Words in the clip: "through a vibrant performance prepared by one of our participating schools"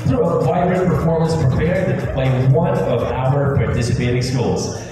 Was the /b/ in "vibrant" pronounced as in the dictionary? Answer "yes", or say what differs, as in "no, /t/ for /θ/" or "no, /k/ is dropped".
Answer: no, /b/ is dropped